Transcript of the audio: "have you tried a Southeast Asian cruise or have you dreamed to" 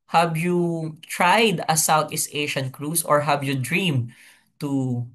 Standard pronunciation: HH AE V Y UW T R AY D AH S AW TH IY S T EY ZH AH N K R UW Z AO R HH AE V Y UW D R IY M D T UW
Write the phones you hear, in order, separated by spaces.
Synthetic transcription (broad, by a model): HH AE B Y UW T R AY D AH S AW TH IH S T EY SH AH N K R UW S AO R HH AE B Y UW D R IY M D T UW